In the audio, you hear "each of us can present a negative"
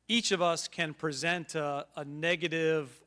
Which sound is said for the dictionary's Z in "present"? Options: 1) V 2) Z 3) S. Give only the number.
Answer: 2